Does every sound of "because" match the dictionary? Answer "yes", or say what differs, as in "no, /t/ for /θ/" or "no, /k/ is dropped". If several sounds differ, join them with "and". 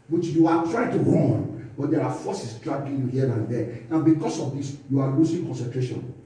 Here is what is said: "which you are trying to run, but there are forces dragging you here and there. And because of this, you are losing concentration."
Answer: no, /s/ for /z/